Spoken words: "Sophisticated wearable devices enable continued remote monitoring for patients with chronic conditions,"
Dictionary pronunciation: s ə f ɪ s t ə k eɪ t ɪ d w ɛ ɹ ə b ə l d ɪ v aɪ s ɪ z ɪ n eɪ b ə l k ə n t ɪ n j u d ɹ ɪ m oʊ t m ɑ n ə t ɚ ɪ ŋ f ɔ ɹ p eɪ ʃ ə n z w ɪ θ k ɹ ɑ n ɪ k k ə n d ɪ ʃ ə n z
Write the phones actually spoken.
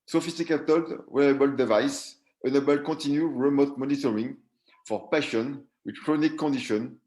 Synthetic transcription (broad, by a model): s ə f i s t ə k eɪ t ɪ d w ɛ ə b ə l d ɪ v aɪ s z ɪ n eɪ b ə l k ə t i n j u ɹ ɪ m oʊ t m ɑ n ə t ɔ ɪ ŋ f ɔ ɹ p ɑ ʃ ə n w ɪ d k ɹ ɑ n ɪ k k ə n d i ʃ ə n